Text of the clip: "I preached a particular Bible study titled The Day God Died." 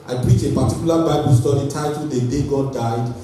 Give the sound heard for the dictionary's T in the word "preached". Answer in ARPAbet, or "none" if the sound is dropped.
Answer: none